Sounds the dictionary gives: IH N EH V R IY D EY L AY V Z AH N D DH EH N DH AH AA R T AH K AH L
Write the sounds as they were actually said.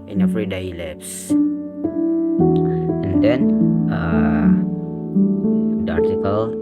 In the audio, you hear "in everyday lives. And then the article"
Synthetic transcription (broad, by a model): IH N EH F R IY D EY L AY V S AH N D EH N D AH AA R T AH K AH L